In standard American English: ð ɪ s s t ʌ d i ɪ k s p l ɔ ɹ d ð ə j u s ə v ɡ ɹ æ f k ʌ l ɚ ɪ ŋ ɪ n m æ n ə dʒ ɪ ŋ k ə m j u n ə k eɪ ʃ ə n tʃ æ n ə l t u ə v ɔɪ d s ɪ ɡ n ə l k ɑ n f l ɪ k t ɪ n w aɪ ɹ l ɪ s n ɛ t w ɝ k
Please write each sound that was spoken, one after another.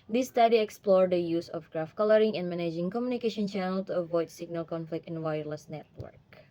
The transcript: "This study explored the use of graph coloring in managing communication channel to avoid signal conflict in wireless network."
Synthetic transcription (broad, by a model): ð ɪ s s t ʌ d i ɪ k s p l ɔ ɹ d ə j u s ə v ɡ ɹ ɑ f k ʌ l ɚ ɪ ŋ ɪ n m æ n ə dʒ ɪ ŋ k ə m j u n ə k eɪ ʃ ə n tʃ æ n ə l t u ə v ɔɪ d s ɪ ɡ n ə l k ɑ n f l ɪ k t ɪ n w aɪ ɹ l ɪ s n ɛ t w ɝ k